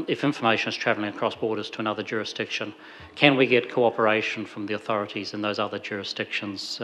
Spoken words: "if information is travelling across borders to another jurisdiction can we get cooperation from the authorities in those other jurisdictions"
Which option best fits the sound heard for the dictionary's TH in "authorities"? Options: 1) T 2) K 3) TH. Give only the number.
3